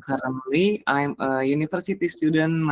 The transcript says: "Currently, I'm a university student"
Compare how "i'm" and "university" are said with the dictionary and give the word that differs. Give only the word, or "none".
university